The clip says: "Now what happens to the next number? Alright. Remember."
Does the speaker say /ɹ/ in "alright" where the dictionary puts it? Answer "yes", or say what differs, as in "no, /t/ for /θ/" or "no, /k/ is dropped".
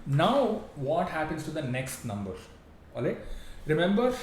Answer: no, /ɹ/ is dropped